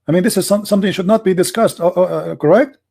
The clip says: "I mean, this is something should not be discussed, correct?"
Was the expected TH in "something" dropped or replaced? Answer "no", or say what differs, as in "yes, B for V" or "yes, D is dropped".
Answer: yes, S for TH